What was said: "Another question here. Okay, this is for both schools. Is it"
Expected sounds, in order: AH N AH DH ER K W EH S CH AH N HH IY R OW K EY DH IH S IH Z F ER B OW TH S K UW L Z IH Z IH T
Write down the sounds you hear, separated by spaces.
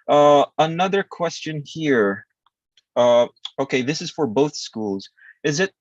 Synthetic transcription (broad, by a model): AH N AH DH ER K W EH S CH AH N HH IY R OW K EY DH IH S IH Z F ER B OW TH S K UW L Z IH Z IH T